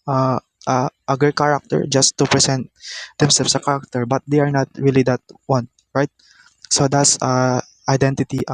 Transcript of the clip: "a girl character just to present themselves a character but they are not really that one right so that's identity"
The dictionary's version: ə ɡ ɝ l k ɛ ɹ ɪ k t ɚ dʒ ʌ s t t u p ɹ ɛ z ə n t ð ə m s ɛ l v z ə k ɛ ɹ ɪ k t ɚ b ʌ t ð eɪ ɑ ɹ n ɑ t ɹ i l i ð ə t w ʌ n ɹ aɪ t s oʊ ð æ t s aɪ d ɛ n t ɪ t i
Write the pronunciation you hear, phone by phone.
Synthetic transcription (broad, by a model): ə ɡ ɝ k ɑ ɹ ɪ k t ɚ dʒ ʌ s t t u p ɹ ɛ s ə n t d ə m s ɛ l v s ə k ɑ ɹ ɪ k t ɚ b ʌ t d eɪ ɑ ɹ n ɑ t ɹ i l i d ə t w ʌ n ɹ aɪ t s oʊ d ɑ t s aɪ d ɛ n t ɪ t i